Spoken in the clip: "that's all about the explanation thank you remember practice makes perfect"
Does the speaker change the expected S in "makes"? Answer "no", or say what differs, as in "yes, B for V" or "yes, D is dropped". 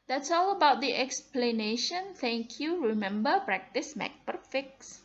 yes, S is dropped